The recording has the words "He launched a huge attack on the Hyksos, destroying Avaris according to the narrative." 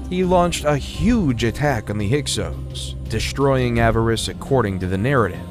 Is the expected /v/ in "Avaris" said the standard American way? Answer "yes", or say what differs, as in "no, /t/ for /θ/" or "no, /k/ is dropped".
yes